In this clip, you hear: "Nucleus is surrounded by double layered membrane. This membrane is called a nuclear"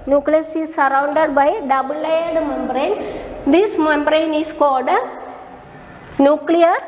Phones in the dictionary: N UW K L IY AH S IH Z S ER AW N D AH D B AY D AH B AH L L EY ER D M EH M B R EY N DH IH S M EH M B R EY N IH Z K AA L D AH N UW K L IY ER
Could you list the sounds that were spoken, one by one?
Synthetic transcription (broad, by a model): N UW K L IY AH S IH S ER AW N D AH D B AY D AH B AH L L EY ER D M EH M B R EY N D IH S M EH M B R EY N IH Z K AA D AH N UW K L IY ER